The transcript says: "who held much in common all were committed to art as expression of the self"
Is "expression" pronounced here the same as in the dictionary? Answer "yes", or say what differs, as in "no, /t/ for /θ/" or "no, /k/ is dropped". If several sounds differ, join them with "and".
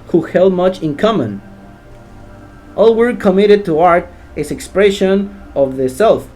yes